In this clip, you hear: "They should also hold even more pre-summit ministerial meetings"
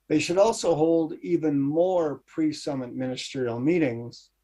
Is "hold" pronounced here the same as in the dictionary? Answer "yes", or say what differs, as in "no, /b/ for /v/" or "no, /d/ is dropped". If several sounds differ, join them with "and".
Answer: yes